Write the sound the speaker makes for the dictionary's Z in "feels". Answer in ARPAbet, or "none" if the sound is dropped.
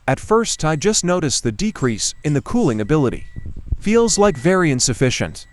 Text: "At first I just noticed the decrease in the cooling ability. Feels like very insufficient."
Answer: Z